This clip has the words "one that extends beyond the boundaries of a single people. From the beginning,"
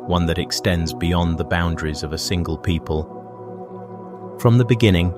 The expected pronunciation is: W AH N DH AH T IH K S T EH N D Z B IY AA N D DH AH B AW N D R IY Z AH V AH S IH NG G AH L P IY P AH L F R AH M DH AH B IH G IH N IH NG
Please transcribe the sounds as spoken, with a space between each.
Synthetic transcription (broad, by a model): W AH N DH AH T IH K S T EH N D Z B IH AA N DH AH B AW N D R IY Z AH V AH S IH NG G AH L P IY P AH L F R AH M DH AH B IH G IH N IH NG